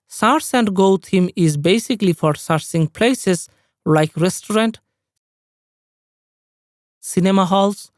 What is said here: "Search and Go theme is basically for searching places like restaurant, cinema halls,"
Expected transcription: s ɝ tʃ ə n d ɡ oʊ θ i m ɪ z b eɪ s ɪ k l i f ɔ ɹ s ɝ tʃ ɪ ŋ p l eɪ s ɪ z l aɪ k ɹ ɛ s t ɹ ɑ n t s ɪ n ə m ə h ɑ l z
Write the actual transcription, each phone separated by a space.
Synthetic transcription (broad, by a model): s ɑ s ə n d ɡ oʊ t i m ɪ z b eɪ s ɪ k l i f ɔ ɹ s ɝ s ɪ ŋ p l eɪ s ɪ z l aɪ k ɹ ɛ s t ɹ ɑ n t s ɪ n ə m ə h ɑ l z